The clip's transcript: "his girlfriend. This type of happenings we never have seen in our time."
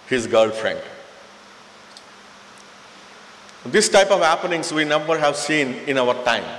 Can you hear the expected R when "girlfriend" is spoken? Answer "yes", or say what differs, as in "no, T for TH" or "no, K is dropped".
yes